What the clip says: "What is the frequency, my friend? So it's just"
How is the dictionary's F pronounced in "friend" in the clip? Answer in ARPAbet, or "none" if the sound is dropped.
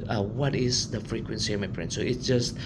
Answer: P